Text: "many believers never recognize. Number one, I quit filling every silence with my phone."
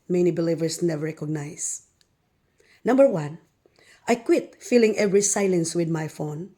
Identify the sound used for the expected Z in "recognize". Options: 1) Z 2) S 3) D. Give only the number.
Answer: 2